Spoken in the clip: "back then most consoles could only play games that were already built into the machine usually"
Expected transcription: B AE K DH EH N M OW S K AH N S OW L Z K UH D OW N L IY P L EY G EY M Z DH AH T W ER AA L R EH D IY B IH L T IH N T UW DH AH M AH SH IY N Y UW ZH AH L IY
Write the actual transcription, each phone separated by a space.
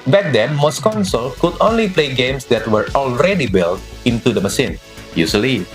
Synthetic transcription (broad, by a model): B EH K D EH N M OW S K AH N S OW L K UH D OW N L IY P L EY G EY M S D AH T W ER AA L R EH D IY B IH L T IH N T UW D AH M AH S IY N Y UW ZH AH L IY